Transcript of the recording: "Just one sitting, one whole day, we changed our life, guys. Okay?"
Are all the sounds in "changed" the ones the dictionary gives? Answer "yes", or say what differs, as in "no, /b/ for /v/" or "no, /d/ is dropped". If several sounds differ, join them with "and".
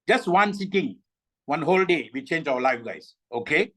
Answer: no, /d/ is dropped